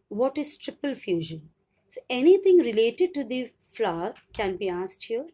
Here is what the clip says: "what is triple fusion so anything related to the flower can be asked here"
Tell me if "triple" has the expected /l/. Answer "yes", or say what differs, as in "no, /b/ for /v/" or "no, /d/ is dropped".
yes